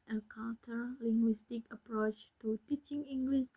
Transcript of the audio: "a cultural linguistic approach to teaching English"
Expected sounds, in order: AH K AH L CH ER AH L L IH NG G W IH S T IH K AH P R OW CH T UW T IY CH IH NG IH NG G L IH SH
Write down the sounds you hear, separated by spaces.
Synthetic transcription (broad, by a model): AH K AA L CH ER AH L L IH NG G W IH S T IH K AH P R OW CH T UW T IY CH IH NG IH NG G L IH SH